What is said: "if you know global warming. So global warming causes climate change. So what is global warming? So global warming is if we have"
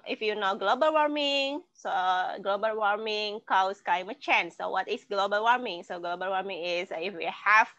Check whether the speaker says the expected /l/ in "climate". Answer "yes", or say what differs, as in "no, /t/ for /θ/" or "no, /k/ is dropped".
no, /l/ is dropped